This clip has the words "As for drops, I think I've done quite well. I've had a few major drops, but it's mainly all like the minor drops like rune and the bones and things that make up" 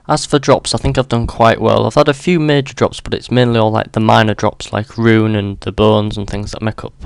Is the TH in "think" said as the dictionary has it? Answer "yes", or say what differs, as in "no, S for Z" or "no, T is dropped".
yes